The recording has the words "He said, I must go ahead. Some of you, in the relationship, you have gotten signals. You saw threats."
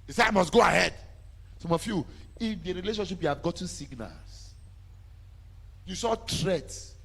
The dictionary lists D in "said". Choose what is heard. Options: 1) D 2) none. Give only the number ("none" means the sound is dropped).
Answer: 2